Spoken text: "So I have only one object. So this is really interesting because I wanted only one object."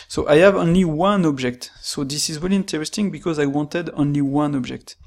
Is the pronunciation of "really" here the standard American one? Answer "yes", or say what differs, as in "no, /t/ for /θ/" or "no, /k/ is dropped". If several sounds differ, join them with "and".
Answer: no, /w/ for /ɹ/